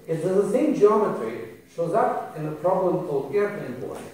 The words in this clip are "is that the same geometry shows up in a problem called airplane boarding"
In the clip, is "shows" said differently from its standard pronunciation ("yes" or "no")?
no